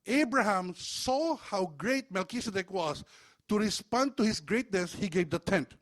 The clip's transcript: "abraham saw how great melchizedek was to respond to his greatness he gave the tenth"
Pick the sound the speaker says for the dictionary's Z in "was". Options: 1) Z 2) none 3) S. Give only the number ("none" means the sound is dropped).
3